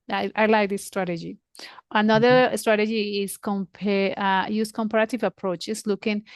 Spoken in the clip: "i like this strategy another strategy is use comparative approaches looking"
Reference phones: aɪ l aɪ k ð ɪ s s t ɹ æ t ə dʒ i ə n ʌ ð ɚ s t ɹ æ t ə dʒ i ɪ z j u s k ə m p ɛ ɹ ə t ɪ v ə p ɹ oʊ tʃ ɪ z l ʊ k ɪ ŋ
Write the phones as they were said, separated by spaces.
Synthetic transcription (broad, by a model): aɪ l aɪ k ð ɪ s s t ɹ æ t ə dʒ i ə n ʌ ð ɚ s t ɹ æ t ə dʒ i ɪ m j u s k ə m p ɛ ɹ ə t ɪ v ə p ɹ oʊ tʃ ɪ s l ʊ k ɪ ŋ